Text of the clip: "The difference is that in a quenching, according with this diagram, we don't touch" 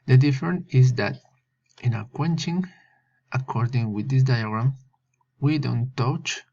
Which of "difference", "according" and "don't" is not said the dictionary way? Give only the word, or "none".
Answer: difference